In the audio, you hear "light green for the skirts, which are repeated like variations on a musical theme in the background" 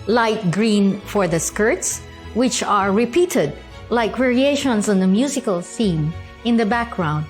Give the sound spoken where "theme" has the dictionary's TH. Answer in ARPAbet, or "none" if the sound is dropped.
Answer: S